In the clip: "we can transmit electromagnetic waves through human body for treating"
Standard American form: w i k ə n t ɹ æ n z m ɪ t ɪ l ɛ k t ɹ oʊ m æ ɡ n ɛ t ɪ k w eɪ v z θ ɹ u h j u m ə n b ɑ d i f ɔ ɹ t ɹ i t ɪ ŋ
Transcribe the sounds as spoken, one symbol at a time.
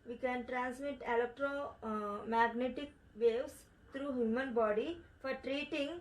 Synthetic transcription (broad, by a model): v i k ə n t ɹ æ n s m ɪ t ɪ l ɛ k t ɹ oʊ m æ ɡ n ɛ t ɪ k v eɪ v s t ɹ u h j u m ə n b ɑ d i f ɔ ɹ t ɹ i t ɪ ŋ